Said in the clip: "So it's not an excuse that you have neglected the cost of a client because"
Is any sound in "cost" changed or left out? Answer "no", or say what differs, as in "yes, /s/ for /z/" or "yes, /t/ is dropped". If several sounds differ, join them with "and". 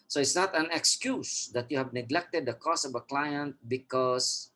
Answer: yes, /t/ is dropped